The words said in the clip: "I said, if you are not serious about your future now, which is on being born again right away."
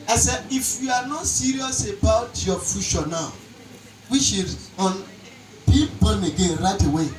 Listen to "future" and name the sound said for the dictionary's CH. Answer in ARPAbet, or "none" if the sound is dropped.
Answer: SH